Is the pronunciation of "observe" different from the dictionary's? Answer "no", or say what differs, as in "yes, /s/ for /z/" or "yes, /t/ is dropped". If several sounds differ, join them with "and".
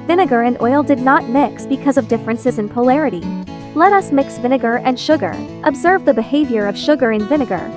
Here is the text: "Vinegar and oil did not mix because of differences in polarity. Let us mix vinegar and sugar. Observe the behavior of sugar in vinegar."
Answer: no